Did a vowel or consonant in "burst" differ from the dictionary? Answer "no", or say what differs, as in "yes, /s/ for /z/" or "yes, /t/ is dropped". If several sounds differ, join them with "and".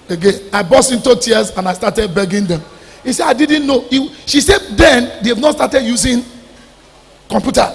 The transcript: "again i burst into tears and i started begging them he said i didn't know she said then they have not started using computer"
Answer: yes, /t/ is dropped